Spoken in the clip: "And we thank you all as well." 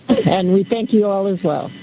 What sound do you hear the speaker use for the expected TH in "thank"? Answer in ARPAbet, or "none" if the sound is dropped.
TH